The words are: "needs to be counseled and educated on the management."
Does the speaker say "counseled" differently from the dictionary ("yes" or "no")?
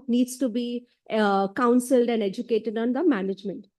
no